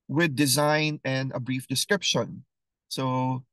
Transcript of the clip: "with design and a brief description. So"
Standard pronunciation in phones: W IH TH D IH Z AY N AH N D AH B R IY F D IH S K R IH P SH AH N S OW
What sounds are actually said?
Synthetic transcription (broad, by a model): W IH D IH Z AY N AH N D AH B R IY F D IH S K R IH P SH AH N S OW